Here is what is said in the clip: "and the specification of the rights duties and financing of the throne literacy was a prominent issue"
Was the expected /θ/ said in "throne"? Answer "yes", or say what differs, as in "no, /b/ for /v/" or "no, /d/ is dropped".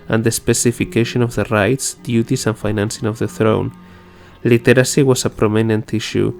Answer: yes